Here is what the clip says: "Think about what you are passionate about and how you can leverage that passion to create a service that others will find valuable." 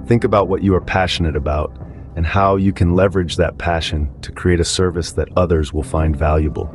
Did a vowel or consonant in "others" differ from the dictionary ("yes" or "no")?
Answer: no